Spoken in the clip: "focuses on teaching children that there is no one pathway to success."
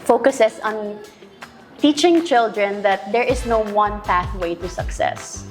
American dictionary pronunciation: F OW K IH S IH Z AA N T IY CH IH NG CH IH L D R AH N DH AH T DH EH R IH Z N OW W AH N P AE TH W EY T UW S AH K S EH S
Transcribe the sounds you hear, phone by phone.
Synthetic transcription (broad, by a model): F OW K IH S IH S AA N T IY CH IH NG CH IH L D R AH N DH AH T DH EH R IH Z N OW W AH N P AE TH W EY T UW S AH K S EH S